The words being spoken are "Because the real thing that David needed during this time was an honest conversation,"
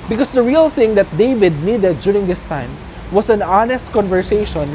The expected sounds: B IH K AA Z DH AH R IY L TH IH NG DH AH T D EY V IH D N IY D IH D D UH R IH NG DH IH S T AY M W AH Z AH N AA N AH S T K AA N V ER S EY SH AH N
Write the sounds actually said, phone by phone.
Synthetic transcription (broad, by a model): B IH K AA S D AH R IY L TH IH NG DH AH T D EY V IH D N IY D IH D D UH R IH NG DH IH S T AY M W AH S AH N AA N AH S T K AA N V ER S EY SH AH N